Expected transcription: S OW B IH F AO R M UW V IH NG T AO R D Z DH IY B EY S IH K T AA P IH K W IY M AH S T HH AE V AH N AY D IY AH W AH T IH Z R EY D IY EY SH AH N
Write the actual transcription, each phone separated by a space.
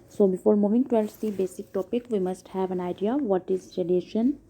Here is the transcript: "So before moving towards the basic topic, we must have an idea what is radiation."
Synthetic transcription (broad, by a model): S OW B IH F AO R M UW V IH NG T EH L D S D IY B EY S IH K T AA P IH K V IY M AH S T HH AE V AH N AY D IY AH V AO T IH Z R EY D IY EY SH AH N